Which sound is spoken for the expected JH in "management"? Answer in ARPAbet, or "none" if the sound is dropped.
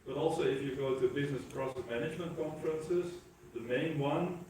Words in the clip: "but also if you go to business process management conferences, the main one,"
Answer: JH